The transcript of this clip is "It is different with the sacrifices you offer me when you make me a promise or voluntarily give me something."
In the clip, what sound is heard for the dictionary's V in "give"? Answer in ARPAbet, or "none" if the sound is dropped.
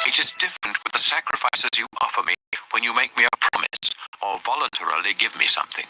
V